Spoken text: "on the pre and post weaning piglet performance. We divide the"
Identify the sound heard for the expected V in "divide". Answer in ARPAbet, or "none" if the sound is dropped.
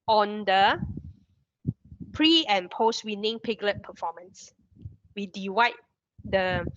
W